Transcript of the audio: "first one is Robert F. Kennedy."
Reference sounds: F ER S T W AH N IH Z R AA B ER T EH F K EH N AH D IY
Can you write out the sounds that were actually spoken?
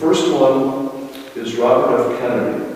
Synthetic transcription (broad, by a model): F ER S T W AH N IH Z R AA B ER T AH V K EH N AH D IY